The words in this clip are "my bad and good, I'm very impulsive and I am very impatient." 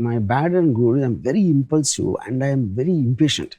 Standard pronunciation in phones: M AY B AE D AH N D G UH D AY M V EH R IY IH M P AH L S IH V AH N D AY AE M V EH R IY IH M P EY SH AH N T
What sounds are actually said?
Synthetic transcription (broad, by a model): M AY B AE D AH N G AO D AY M V EH R IY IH M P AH L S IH AH N D AY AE M V EH R IY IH M P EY SH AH N T